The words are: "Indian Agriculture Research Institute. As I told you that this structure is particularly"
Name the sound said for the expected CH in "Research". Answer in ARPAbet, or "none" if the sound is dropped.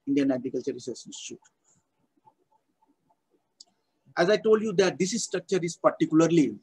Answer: S